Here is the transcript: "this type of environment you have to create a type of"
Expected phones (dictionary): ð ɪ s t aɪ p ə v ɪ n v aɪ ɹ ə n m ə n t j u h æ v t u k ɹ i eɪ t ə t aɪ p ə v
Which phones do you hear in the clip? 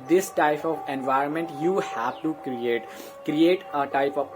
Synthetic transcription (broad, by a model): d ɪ s t aɪ p ə v ɪ n v aɪ ɹ ə n m ə n t j u h æ v t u k ɹ i eɪ t ə t aɪ p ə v